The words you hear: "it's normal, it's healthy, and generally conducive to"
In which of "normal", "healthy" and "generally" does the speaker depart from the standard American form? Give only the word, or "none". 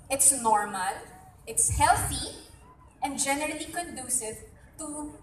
none